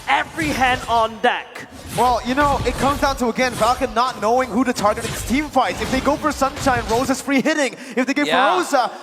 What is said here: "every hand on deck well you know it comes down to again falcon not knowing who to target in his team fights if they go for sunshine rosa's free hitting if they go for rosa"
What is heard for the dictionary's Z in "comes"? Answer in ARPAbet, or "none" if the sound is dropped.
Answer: Z